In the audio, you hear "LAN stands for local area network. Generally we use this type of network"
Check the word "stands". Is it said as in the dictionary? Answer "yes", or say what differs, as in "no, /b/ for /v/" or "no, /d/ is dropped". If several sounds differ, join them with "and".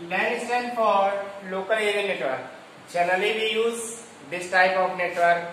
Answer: no, /z/ is dropped